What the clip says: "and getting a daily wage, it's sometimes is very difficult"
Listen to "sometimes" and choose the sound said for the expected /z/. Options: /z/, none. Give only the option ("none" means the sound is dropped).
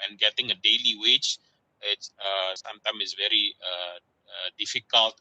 none